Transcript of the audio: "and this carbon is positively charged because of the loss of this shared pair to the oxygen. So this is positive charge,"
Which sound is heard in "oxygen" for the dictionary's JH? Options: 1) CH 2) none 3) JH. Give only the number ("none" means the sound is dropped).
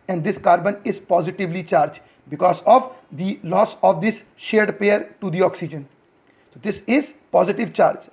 3